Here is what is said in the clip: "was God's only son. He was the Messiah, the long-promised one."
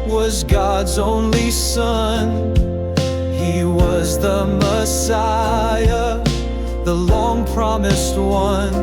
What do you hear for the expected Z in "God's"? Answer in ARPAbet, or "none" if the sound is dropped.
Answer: Z